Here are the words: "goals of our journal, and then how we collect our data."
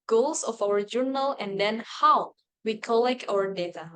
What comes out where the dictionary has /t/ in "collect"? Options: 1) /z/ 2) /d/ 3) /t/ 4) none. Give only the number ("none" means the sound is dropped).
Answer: 4